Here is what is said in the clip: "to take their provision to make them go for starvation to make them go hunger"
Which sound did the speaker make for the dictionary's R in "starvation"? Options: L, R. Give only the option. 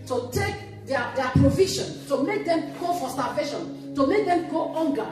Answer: L